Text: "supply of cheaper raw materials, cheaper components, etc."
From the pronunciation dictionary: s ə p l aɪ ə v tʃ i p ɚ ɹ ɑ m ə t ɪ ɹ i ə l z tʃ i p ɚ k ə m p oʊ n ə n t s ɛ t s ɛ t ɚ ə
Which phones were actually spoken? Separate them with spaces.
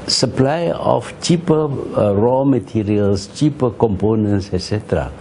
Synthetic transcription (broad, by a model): s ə p l aɪ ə f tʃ i p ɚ ɹ ɑ m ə t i ɹ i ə l s tʃ i p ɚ k ə m p oʊ n ə n t s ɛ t s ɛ t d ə